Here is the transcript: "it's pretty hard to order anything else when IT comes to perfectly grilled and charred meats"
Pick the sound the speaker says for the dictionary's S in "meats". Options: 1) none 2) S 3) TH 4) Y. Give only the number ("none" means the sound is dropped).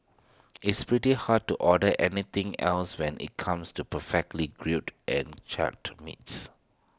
2